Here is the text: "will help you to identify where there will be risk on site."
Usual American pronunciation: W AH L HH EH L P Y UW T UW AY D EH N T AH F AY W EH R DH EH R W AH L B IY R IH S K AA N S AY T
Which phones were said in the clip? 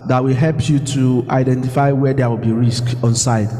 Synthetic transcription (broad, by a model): W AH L HH EH L P Y UW T UW AY D EH N T AH F AY W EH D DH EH W AH L B IY R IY S K AA N S AY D